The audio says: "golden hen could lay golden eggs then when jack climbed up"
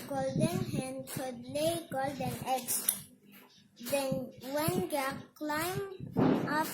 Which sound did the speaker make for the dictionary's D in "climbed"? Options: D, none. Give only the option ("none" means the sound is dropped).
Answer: none